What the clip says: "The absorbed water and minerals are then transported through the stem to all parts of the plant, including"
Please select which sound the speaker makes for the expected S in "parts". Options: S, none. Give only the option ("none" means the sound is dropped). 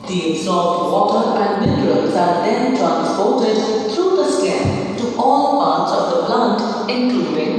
S